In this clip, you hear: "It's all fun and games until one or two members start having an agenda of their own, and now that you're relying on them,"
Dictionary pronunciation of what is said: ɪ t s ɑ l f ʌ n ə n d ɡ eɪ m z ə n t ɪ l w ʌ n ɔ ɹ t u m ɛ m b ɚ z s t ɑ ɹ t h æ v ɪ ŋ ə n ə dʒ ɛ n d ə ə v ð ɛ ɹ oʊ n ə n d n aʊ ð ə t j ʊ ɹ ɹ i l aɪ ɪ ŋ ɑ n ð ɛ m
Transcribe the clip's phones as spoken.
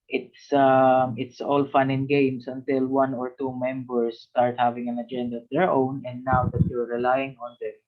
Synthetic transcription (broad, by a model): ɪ t s ɑ l f ʌ n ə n ɡ eɪ m s ə n t ɪ l w ʌ n ɔ ɹ t u m ɛ m b ɚ s t ɑ ɹ t h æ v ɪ ŋ ə n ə dʒ ɛ n d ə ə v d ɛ ɹ oʊ n ə n d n aʊ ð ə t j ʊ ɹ ɹ i l aɪ ɪ ŋ ɑ n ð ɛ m